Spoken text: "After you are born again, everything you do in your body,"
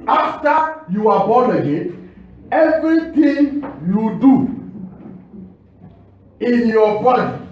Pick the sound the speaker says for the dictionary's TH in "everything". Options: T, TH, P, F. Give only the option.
T